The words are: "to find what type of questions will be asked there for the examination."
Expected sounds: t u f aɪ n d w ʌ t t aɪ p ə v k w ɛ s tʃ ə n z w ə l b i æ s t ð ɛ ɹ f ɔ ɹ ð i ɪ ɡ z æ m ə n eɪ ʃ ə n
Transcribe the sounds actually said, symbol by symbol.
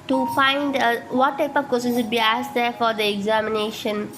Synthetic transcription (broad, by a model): t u f aɪ n d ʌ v t aɪ p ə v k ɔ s ə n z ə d b i æ s t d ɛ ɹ f ɔ ɹ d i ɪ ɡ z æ m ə n eɪ ʃ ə n